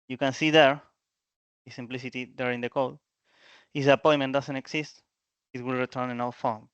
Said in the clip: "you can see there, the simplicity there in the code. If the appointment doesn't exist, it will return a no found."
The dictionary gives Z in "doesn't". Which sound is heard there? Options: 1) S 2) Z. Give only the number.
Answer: 1